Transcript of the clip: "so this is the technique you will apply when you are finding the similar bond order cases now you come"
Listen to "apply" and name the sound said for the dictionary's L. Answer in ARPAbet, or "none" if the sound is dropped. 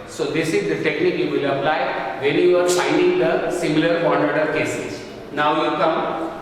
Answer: L